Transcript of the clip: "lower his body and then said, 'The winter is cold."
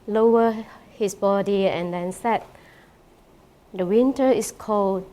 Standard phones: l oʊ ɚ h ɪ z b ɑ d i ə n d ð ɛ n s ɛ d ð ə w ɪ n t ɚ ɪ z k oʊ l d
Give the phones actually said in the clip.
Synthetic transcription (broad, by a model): l oʊ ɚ h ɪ s b ɑ d i ə n d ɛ n s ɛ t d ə w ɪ n t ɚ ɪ s k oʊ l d